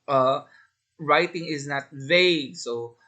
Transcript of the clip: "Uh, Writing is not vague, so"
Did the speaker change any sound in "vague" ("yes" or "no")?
no